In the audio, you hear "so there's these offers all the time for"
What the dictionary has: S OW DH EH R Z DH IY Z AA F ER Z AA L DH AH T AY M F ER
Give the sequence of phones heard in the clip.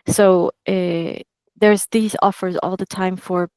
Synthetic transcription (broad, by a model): S OW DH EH R Z DH IY Z AA F ER Z AA L DH AH T AY M F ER